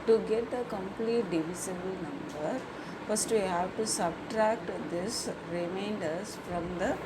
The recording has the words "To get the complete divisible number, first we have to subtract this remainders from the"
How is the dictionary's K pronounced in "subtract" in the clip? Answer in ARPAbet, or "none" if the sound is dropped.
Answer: K